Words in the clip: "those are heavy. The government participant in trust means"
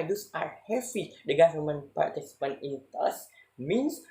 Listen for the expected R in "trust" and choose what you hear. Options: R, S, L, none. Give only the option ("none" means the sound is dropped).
none